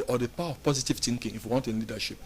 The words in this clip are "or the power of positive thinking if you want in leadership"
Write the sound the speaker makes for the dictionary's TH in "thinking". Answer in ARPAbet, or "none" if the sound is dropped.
T